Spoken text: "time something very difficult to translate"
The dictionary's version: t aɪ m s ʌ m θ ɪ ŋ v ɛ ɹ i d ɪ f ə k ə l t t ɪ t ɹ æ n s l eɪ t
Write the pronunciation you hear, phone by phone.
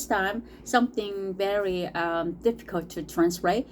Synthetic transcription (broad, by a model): t aɪ m s ʌ m θ ɪ ŋ v ɛ ɹ i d ɪ f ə k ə l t t ɪ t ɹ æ n s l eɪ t